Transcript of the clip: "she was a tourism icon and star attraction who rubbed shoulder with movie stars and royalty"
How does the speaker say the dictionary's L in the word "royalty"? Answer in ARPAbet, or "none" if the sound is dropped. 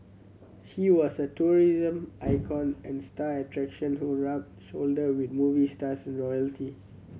L